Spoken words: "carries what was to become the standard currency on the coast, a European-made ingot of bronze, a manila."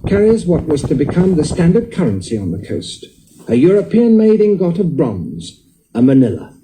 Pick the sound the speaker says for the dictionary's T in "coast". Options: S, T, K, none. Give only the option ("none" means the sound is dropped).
T